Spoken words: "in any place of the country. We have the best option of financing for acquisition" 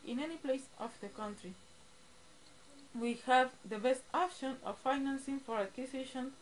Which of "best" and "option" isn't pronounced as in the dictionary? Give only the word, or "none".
none